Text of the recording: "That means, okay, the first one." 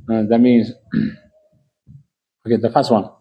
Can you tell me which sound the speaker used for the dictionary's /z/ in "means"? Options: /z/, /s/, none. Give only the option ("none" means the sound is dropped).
/z/